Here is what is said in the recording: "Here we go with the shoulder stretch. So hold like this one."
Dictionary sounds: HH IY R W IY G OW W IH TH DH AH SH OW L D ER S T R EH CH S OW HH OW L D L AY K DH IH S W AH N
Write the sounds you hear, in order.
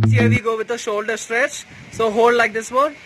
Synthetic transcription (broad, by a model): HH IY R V IY G OW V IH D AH SH OW L D ER S T R EH CH S OW HH OW L D L AY K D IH S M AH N